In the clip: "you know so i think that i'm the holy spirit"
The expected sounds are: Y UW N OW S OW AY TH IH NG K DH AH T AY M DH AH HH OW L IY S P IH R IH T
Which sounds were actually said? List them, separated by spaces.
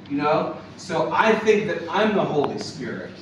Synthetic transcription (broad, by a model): Y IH N OW S OW AY TH IH NG K DH AH T AY M DH AH HH OW L IY S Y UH R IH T